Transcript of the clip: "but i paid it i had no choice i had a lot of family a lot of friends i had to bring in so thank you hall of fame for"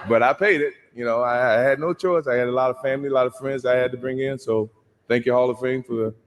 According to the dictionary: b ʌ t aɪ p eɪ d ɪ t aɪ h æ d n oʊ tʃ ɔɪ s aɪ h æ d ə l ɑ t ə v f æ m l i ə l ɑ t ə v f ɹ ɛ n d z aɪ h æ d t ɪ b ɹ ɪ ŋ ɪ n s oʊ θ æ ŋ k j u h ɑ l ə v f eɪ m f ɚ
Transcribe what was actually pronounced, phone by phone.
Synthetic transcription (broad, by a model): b ʌ t aɪ p eɪ d ɪ t aɪ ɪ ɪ d n oʊ tʃ ɔɪ s aɪ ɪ d ə l ɑ t ə v f æ m l i ə l ɑ t ə v f ɹ ɛ n d z aɪ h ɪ d t ɪ b ɹ ɪ ŋ ɪ n s oʊ θ æ ŋ k j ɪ h ɑ l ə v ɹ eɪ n f ɚ